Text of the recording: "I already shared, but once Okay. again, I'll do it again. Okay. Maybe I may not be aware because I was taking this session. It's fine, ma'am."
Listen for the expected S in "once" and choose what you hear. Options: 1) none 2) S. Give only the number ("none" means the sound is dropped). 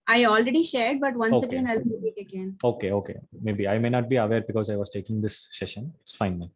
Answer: 1